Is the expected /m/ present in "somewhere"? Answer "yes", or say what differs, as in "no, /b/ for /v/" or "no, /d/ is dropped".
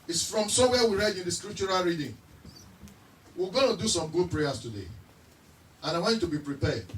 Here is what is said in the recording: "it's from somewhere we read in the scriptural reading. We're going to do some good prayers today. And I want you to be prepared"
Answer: no, /m/ is dropped